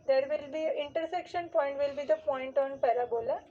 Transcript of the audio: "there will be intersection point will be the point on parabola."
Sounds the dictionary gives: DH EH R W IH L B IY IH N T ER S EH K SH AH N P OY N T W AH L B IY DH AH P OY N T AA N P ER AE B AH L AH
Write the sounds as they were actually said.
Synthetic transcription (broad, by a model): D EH R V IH L B IY IH N T ER S EH K SH AH N P OY N T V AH L B IY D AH P OY N T AA N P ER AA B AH L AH